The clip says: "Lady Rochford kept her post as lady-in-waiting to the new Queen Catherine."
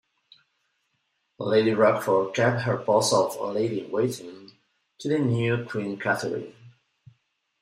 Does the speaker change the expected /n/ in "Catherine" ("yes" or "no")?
yes